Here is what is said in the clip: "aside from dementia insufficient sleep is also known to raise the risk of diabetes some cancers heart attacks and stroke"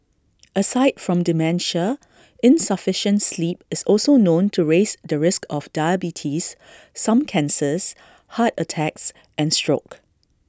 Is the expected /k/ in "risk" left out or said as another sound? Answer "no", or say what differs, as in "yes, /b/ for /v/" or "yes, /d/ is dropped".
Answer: no